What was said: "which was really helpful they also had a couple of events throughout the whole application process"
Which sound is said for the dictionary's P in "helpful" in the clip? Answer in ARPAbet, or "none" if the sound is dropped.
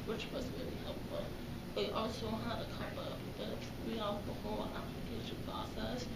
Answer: P